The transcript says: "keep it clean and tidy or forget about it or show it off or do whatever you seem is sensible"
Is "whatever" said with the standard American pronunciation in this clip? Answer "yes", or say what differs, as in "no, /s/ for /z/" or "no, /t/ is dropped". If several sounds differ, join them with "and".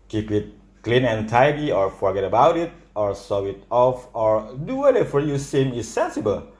no, /f/ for /v/